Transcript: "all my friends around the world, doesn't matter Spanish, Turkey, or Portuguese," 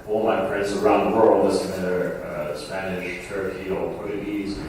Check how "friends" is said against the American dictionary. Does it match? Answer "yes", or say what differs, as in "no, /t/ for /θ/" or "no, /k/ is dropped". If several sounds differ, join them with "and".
no, /p/ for /f/